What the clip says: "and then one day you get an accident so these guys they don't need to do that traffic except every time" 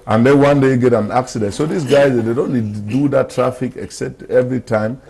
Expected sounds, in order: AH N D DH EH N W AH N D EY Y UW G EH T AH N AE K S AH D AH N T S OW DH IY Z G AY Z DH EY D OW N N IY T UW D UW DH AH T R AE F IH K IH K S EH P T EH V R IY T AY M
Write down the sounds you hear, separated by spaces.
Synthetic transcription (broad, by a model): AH N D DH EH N W AH N D EY G EH T AH N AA K S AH D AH N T S OW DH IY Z G AY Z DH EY D OW N L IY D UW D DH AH T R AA F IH K IH K S EH P T EH V R IY T AY M